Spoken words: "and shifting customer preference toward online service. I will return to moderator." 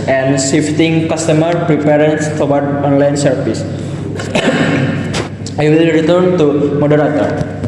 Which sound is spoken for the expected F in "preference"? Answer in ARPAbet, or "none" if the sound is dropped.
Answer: P